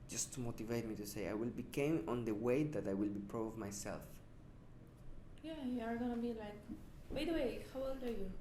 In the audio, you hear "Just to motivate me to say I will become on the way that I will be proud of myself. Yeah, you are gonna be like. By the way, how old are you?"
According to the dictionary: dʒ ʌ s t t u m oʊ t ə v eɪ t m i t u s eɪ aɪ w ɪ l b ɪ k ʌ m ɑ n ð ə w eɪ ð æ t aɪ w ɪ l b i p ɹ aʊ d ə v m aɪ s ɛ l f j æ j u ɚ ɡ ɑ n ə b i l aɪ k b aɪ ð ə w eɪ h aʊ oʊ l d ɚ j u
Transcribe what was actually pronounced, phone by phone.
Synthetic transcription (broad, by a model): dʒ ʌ s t t u m oʊ t ə v eɪ t m i t u s eɪ aɪ w ɪ l b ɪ k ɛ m ɑ n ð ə w eɪ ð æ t aɪ w ɪ l b i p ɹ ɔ ə v m aɪ s ɛ l f j æ j u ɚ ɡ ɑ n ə b i l aɪ k b aɪ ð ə w eɪ h aʊ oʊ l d ɚ j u